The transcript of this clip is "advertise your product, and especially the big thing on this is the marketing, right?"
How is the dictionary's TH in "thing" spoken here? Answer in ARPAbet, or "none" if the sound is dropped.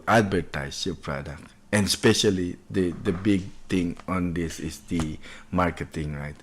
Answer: T